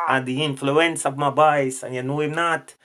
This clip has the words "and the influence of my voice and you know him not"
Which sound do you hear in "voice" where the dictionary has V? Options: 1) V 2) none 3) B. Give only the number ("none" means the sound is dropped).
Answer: 3